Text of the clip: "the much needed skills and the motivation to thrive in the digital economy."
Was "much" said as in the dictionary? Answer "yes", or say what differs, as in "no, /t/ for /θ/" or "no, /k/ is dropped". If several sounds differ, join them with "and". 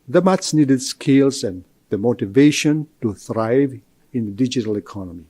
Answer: no, /s/ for /tʃ/